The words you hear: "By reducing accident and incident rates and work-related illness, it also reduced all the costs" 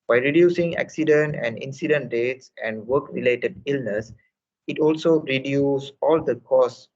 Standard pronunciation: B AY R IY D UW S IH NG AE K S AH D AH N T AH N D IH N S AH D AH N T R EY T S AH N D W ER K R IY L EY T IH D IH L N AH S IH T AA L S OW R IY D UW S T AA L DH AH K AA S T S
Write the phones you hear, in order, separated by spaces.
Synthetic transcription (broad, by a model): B AY R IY D UW S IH NG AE K S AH D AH N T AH N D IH N S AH D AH N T R EY T S AH N D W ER K R IY L EY T IH D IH L N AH S IH T AA L S OW R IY D UW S AA L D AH K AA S S